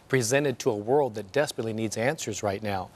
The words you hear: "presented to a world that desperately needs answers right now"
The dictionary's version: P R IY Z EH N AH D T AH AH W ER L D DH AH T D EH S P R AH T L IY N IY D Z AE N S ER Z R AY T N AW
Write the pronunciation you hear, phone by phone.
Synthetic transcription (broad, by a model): P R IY Z EH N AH D T AH AH W ER L D DH AH T D EH S P R AH T L IY N IY D Z AE N S ER Z R AY T N AW